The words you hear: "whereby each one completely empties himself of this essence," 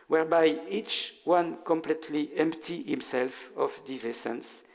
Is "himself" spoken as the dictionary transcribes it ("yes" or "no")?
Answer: yes